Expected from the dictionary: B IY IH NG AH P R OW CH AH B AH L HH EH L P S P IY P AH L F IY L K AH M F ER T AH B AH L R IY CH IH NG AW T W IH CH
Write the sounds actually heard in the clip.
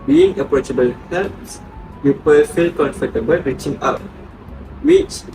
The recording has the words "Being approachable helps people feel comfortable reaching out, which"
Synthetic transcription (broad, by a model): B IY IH NG AH P R OW CH AH B AH L HH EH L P S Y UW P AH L F IY L K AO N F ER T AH B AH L R IY CH IH NG AW T W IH CH